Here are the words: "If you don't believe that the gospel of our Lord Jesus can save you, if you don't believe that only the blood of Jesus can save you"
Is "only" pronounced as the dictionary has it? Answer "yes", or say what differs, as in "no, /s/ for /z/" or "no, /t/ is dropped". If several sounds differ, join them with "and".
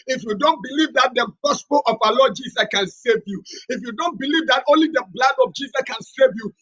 yes